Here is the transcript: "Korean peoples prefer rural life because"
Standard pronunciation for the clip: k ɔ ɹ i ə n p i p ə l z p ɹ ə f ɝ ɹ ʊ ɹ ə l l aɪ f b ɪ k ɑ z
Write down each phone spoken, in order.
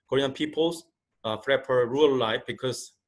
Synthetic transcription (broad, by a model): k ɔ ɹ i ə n p i p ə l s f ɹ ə p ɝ ɹ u ə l l aɪ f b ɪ k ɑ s